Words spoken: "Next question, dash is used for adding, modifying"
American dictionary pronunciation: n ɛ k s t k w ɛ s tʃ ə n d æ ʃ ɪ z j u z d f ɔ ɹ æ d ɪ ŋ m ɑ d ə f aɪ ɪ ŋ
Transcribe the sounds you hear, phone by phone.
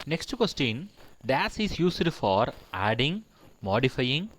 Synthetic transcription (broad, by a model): n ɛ k s t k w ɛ s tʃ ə n d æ s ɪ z j u s d f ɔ ɹ æ d ɪ ŋ m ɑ d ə f aɪ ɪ ŋ